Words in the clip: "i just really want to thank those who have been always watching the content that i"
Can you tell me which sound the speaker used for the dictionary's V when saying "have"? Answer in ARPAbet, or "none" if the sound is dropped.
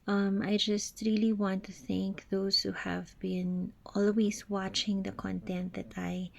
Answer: V